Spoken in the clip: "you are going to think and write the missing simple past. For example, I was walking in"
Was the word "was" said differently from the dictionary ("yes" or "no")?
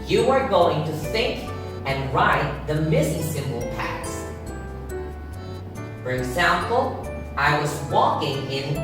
no